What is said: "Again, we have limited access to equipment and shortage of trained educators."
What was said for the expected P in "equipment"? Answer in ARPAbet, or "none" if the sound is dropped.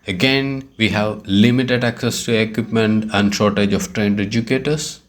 P